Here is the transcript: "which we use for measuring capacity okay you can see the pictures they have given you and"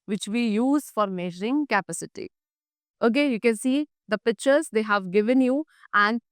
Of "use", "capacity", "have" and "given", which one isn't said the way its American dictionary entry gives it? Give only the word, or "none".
none